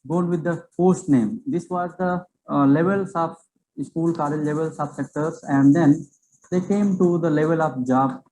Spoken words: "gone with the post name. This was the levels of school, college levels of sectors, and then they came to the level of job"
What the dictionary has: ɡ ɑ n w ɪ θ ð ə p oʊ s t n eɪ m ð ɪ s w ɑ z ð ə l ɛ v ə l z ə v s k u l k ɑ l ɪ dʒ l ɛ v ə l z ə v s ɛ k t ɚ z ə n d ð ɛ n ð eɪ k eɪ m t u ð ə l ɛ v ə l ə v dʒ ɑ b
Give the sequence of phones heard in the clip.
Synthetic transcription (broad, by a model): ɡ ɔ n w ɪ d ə f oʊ s t n eɪ m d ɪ s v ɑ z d ə l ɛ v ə l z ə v s k u l k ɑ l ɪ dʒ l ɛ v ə l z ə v s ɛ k t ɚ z ə n d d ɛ n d eɪ k eɪ m t u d ə l ɛ v ə l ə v dʒ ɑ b